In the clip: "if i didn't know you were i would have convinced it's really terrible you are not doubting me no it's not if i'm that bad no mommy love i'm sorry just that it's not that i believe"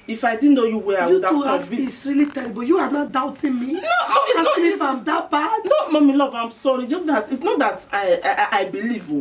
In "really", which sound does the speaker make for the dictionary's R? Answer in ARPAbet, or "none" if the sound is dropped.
R